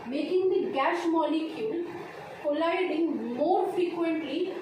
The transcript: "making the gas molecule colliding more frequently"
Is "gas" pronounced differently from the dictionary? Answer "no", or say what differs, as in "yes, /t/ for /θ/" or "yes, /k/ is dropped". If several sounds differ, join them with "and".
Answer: yes, /ʃ/ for /s/